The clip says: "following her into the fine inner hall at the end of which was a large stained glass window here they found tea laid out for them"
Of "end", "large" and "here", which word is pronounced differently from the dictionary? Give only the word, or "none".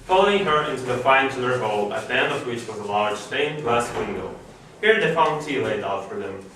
end